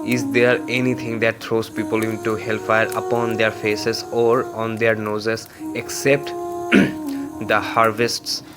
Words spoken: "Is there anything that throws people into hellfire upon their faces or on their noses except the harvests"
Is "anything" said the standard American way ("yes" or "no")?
no